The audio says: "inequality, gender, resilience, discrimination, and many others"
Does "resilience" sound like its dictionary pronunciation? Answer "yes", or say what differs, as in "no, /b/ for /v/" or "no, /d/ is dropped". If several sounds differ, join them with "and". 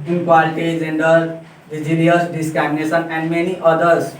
no, /n/ is dropped